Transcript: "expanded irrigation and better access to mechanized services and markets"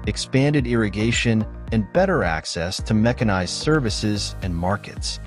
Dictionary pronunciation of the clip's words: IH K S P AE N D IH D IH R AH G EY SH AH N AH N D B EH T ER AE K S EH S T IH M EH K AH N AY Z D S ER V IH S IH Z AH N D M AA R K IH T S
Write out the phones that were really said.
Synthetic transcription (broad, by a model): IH K S P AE N D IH D IH R AH G EY SH AH N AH N B EH T ER AE K S EH S T IH M EH K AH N AY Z S ER V IH S IH Z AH N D M AA R K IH T S